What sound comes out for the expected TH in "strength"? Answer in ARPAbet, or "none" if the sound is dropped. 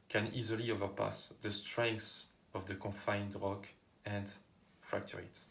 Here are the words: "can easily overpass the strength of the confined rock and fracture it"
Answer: S